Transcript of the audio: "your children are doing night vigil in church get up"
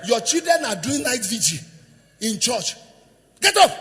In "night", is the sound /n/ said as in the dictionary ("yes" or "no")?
no